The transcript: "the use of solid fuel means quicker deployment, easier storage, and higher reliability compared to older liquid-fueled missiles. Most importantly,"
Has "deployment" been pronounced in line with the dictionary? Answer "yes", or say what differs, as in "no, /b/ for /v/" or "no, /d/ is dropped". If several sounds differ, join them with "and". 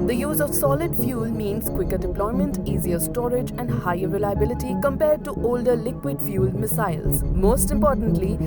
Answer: yes